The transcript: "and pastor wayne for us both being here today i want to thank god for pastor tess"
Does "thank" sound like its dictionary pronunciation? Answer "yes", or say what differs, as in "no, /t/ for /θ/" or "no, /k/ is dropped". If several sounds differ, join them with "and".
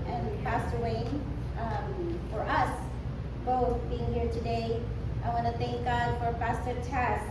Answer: yes